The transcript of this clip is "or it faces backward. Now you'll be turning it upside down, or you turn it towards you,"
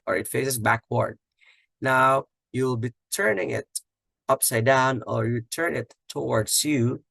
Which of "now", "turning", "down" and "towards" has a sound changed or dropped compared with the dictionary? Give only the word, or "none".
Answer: towards